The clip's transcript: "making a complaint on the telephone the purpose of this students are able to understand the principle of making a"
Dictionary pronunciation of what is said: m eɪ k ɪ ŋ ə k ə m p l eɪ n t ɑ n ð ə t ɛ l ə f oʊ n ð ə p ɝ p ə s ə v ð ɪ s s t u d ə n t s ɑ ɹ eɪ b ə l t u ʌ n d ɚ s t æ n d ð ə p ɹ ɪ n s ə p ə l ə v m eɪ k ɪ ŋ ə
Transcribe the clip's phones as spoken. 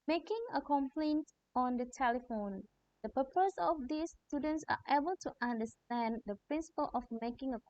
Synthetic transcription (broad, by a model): m eɪ k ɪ ŋ ə k ə m p l eɪ n t ɑ n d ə t ɛ l ə f oʊ n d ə p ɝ p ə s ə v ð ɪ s s t u d ə n t s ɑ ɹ eɪ b ə l t u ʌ n d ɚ s t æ n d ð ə p ɹ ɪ n s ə p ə l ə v m eɪ k ɪ ŋ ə